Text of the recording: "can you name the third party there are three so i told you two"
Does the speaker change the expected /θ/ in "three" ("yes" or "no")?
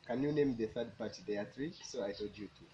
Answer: yes